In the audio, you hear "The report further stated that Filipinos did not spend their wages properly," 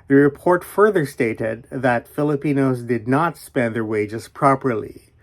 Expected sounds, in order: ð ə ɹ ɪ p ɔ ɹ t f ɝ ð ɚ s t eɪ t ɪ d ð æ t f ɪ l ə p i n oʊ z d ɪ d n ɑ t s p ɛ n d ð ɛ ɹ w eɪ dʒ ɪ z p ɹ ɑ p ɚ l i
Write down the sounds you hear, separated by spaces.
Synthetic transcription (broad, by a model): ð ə ɹ ɪ p ɔ ɹ t f ɝ ð ɚ s t eɪ t ɪ d ð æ t f ɪ l ə p i n oʊ z d ɪ d n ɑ t s p ɛ n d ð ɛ ɹ w eɪ dʒ ɪ z p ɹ ɑ p ɚ l i